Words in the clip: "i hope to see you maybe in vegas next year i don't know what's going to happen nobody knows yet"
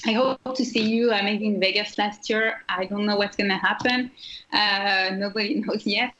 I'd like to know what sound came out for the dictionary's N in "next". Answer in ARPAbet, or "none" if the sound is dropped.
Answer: L